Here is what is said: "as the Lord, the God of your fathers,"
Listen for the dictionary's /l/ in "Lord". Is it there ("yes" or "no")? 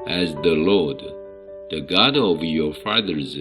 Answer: yes